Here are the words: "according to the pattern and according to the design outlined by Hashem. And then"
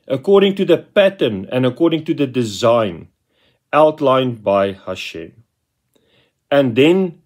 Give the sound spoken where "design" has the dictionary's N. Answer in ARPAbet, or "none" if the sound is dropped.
N